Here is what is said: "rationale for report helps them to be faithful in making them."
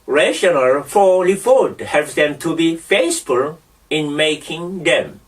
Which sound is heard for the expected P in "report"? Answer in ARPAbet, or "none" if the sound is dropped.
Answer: F